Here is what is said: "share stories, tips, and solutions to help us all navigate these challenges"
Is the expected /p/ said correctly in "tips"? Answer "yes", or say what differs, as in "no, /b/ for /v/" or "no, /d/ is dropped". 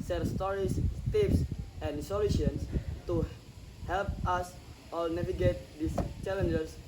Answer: no, /f/ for /p/